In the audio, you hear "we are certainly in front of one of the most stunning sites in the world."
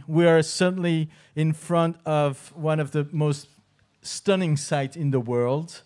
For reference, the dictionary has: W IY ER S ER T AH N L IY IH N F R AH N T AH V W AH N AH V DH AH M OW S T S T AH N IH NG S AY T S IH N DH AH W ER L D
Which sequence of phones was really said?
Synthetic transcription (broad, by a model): W IY ER S ER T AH N L IY IH N F R AH N T AH V W AH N AH V DH AH M OW S T S T AH N IH NG S AY T IH N DH AH W ER L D